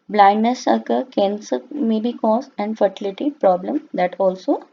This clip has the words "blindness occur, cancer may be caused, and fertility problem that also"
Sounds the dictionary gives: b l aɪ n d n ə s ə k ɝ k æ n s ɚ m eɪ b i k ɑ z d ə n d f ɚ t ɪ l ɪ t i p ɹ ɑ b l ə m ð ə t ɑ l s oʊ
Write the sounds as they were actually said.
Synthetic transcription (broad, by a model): b l aɪ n d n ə s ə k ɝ k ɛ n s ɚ m eɪ b i k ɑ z ə n d f ɚ t ɪ l ɪ t i p ɹ ɑ b l ə m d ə t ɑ l s oʊ